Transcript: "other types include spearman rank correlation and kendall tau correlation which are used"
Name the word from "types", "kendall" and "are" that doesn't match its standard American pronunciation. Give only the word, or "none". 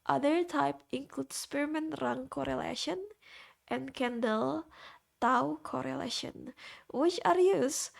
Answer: types